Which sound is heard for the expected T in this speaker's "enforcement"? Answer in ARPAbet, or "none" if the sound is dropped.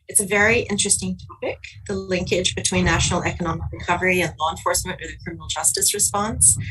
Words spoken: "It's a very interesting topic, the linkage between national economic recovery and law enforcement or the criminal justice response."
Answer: none